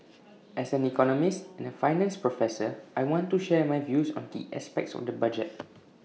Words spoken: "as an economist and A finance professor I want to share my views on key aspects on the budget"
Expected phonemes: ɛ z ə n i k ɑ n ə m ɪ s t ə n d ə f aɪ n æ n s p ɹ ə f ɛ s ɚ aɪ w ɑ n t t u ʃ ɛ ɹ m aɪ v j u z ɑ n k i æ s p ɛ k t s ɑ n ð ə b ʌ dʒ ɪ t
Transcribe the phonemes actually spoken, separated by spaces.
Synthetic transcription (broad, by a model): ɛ s ə n i k ɑ n ə m ɪ s t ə n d ə f aɪ n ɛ n s p ɹ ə f ɛ s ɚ aɪ w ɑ n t t u ʃ ɛ m aɪ v j u s ɑ n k i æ s p ɛ k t s ɑ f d ə b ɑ dʒ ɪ t